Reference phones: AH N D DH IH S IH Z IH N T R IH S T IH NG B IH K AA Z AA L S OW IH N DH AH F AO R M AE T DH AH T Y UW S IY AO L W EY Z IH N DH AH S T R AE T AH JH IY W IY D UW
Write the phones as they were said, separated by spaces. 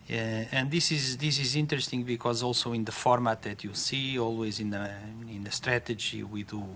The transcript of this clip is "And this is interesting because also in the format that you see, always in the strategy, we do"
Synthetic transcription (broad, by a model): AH N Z DH IH S IH Z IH N T R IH S T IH NG B IH K AA Z AA L S OW IH N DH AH F AO R M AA T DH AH T Y UW S IY AO L W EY Z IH N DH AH S T R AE T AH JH IY W IY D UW